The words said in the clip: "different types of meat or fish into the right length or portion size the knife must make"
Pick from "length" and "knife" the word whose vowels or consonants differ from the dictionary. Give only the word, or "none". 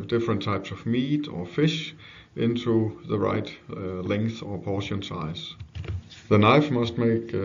none